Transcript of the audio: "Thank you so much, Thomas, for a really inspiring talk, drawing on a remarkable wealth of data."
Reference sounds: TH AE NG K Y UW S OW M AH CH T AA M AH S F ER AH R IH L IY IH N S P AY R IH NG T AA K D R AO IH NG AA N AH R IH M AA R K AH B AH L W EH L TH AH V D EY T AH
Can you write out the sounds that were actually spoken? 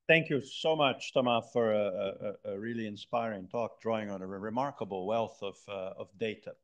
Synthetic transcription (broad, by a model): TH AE NG K Y UW S OW M AH CH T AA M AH F ER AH R IH L IY IH N S P AY R IH NG T AA K D R AO IH NG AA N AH R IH M AA R K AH B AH L W EH L TH AH V D EY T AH